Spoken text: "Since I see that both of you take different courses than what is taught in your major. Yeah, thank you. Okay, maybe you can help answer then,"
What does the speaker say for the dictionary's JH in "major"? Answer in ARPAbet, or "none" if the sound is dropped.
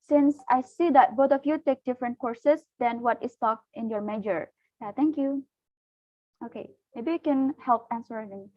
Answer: JH